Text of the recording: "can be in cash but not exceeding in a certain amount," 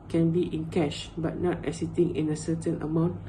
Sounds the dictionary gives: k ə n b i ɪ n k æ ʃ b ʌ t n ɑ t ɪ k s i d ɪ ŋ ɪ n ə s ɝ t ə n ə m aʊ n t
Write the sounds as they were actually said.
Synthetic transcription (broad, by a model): k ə n b i ɪ n k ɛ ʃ b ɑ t n ɑ t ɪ s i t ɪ ŋ ɪ n ə s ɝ t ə n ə m aʊ n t